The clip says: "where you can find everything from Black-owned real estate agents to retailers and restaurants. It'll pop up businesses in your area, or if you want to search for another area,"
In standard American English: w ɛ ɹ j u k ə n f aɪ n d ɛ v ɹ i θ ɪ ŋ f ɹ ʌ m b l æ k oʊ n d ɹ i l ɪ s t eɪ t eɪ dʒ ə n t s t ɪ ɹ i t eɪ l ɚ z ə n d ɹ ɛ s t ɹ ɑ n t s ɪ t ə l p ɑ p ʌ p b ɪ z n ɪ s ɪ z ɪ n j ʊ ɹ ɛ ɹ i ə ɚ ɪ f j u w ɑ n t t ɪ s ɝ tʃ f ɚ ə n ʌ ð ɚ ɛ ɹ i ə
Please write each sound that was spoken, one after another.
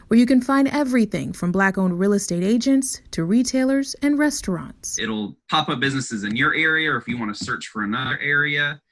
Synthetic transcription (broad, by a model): w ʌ ɹ j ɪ k ə n f aɪ n d ɛ v ɹ i θ ɪ ŋ f ɹ ʌ m b l æ k oʊ n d ɹ i l ɪ s t eɪ t eɪ dʒ ə n t s t ɪ ɹ i t eɪ l ɚ z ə n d ɹ ɛ s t ɹ ɑ n t s ɪ t l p ɑ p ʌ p b ɪ z n ɪ s ɪ z ɪ n j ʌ ɹ ɛ ɹ i ə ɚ ɪ f j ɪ w ɑ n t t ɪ s ɝ tʃ f ɚ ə n ʌ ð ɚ ɛ ɹ i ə